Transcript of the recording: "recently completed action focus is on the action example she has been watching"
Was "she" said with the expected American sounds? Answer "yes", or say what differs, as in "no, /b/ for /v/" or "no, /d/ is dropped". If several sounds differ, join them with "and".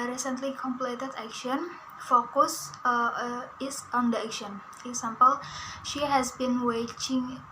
yes